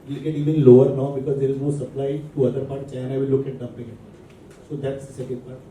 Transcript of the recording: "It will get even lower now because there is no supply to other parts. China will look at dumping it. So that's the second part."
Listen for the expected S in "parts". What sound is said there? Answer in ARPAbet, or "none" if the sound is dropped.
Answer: none